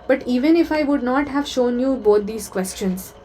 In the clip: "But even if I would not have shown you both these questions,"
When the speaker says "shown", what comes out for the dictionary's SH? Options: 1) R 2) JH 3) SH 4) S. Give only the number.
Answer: 3